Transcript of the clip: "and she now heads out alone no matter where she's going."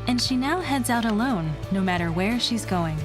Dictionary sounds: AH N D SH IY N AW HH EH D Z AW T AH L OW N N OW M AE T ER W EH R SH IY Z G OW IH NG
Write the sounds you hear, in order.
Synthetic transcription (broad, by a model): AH N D SH IY N AW HH EH D Z AW T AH L OW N N OW M AE T ER W EH R SH IY Z G OW IH NG